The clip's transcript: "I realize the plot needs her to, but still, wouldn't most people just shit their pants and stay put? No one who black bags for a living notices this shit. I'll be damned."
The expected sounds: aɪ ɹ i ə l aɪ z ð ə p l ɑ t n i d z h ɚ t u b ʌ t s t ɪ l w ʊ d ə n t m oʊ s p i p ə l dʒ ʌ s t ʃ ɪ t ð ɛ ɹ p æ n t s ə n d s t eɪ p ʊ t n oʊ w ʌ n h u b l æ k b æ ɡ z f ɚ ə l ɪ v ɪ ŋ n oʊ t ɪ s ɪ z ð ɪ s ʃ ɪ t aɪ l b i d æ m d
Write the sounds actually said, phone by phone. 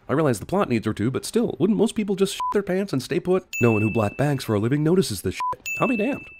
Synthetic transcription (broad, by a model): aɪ ɹ i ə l aɪ z ð ə p l ɑ t n i d z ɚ t u b ʌ t s t ɪ l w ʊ d n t m oʊ s p i p l dʒ ʌ s t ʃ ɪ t ð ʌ ɹ p æ n t s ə n s t eɪ p ʊ t n oʊ w ʌ n h u b l æ k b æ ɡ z f ɚ ə l ɪ v ɪ ŋ n oʊ t ɪ s ɪ z ð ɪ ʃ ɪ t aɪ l b i d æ m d